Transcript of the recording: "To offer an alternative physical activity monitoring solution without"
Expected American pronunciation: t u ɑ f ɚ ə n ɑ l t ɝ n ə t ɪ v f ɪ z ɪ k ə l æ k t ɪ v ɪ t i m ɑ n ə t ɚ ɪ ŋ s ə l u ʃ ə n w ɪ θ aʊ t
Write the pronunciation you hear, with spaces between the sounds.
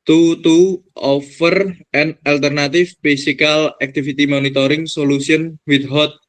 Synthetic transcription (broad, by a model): t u ɑ f ɚ ə n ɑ l t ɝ n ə t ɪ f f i s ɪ k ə l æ k t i f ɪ t i m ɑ n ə t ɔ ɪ ŋ s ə l u s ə n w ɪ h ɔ t